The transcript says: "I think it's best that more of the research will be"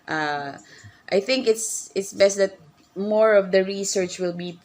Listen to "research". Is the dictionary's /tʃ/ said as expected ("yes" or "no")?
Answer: yes